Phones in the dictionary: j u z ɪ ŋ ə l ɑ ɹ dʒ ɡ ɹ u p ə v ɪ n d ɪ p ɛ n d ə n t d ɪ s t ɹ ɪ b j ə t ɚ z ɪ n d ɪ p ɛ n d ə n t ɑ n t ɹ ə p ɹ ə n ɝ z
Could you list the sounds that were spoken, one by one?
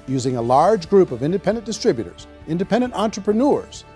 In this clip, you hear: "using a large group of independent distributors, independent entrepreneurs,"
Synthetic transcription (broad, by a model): j u z ɪ ŋ ə l ɑ ɹ dʒ ɡ ɹ u p ə v ɪ n d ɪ p ɛ n d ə n d ɪ s t ɹ ɪ b j ə t ɚ z ɪ n d ɪ p ɛ n d ə n t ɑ n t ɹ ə p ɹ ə n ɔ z